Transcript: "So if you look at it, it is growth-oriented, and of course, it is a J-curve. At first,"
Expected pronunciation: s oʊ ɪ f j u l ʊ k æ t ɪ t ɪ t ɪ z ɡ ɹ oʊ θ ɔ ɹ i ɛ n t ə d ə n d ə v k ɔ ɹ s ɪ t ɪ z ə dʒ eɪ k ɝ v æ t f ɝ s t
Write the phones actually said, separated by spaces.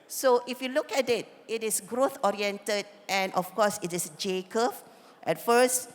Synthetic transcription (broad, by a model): s oʊ ɪ f j u l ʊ k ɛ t ɪ t ɪ t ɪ s ɡ ɹ oʊ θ ɔ ɹ i ɛ n t ə d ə n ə f k ɔ s ɪ t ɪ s dʒ eɪ k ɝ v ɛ t f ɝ s t